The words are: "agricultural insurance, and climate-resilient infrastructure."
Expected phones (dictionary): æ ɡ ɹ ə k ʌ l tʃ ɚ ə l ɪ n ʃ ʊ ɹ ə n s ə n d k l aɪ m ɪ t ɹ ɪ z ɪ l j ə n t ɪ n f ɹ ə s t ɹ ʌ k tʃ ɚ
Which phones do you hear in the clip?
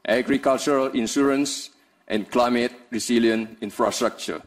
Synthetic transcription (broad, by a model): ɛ ɡ ɹ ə k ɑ l tʃ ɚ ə l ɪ n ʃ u ɹ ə n s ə n k l aɪ m ɪ t ɹ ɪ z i l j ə n i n f ɹ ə s t ɹ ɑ k tʃ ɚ